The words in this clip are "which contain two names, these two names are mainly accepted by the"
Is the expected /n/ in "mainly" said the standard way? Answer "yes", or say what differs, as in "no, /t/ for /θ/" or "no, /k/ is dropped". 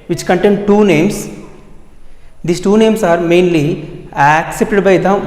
yes